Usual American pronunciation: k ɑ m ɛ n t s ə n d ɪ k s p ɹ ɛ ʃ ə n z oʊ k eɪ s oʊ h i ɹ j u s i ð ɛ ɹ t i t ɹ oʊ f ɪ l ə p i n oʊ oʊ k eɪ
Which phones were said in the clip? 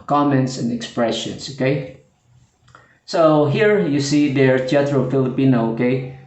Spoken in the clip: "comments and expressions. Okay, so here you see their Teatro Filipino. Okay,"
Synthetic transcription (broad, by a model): k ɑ m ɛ n t s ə n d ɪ k s p ɹ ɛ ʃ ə n s oʊ k eɪ s oʊ h i ɹ j u s i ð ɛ ɹ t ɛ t ɹ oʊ f ɪ l ə p i n oʊ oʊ k eɪ